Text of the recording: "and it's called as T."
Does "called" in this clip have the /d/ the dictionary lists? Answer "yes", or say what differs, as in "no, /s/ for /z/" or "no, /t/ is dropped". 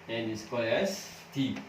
no, /d/ is dropped